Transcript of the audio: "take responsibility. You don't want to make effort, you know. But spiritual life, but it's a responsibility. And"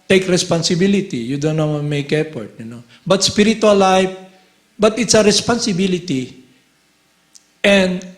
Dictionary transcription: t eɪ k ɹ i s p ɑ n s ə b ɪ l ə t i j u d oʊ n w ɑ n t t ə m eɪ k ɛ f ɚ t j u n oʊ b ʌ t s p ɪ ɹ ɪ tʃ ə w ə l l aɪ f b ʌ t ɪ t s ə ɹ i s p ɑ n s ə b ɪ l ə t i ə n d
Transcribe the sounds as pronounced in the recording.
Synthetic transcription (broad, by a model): t eɪ k ɹ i s p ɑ n s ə b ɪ l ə t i j u d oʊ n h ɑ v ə m eɪ k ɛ p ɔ t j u n oʊ b ʌ t s p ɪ ɹ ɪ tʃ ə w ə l l aɪ f b ʌ t ɪ t s ə ɹ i s p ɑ n s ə b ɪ l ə t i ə n d